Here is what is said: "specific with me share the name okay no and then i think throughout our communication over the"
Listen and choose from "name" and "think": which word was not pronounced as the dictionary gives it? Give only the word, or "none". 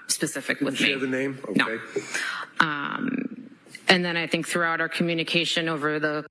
none